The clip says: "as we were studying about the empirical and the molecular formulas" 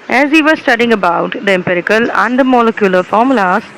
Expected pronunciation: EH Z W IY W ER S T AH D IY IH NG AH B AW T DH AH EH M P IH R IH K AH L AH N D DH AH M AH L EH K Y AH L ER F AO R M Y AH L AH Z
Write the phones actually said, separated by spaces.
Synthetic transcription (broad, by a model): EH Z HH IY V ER S T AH D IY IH NG AH B AW T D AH EH M P IH R IH K AH L AH N D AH M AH L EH K Y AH L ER F AO R M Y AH L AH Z